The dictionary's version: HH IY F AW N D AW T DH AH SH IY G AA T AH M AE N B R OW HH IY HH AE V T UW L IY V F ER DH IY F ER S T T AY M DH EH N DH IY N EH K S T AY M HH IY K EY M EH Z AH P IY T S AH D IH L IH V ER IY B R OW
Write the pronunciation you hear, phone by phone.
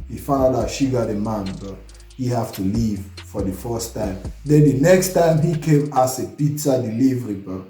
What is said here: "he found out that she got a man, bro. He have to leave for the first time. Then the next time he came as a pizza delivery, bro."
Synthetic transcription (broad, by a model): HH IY F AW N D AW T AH SH IY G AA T AH M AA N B OW HH IY HH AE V T UW L IY V F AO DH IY F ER S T T AY M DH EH N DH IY N EH K S T AY M HH IY K EY M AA S AH P IY T S AH D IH L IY V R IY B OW